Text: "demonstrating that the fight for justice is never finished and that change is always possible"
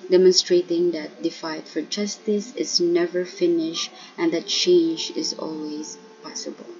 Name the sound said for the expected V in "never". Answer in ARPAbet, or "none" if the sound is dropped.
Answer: V